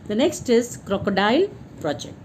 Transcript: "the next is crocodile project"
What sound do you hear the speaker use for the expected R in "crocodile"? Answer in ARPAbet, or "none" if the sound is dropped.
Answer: R